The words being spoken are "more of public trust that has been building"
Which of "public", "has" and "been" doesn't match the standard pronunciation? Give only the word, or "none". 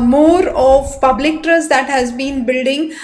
none